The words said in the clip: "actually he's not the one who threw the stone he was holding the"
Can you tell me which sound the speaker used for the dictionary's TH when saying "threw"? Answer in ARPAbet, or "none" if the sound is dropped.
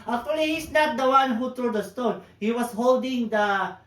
T